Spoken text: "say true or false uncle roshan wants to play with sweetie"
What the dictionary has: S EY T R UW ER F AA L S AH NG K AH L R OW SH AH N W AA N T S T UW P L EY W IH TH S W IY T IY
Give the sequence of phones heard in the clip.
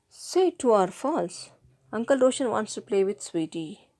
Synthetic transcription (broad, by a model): S EY T UW ER F AA L S AH NG K AH L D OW SH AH N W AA N T S T UW P L EY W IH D S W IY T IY